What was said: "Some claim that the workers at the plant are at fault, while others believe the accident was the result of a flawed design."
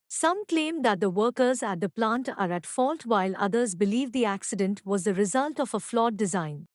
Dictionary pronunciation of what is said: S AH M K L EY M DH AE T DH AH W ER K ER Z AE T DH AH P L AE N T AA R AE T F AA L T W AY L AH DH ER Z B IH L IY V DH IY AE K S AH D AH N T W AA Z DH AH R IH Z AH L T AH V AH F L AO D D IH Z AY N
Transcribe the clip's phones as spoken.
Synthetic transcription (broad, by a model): S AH M K L EY M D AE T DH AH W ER K ER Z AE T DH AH P L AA N T AA R AE T F AA L T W AY L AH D ER Z B IH L IY V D IY AE K S AH D AH N T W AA Z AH R IH Z AH L T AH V AH F L AO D D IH Z AY N